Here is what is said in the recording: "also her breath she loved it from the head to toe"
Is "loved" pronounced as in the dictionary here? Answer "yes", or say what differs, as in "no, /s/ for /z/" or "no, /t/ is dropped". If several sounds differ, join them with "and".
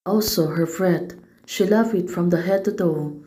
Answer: no, /d/ is dropped